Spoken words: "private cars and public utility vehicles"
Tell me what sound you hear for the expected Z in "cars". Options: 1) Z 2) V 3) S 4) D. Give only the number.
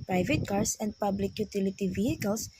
3